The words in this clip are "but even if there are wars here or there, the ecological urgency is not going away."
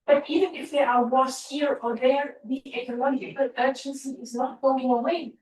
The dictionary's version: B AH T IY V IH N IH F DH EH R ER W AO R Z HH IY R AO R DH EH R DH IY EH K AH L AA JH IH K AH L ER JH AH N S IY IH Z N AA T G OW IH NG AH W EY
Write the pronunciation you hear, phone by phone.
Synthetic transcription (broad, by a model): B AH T IY V IH N IH F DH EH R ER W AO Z HH IY R AO R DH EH R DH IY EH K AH N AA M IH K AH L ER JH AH N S IY IH Z N AA T G OW IH NG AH W EY